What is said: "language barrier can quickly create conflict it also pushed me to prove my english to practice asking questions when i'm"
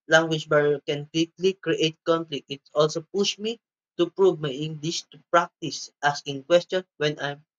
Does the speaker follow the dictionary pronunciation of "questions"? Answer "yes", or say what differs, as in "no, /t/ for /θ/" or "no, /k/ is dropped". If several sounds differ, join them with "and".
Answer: no, /z/ is dropped